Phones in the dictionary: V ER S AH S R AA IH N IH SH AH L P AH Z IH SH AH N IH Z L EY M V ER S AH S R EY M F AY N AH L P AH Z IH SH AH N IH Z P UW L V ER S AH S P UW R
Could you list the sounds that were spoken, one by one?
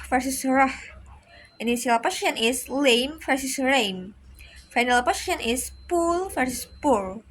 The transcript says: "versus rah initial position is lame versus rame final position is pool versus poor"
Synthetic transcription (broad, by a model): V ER S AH S R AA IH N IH S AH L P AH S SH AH N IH S L EY M F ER S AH S R EY M F AY N AH L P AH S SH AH N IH S P UW L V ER S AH S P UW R